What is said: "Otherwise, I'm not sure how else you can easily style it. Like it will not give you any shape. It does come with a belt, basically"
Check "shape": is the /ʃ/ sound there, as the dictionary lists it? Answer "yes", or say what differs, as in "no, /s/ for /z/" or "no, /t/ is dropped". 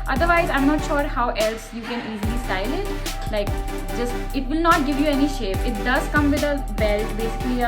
yes